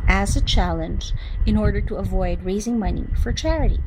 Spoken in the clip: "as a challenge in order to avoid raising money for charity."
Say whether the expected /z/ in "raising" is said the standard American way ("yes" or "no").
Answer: yes